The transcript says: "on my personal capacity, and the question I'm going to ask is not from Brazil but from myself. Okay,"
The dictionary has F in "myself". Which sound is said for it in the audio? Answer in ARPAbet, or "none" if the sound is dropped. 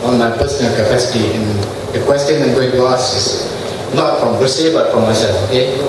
none